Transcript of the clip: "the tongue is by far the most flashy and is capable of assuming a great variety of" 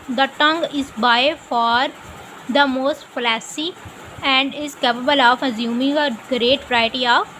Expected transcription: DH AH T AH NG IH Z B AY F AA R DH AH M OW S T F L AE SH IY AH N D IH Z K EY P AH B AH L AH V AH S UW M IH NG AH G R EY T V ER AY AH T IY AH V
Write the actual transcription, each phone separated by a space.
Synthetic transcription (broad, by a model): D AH T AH NG IH Z B AY F AA R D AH M OW S T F L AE S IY AH N D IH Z K EY P AH B AH L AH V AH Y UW M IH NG AH G R EY T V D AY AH T IY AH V